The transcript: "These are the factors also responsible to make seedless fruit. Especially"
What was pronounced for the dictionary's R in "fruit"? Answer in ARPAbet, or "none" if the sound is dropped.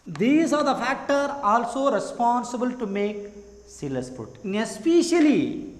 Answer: none